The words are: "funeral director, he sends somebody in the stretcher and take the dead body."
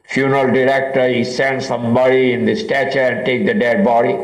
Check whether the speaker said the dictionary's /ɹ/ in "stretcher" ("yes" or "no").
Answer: no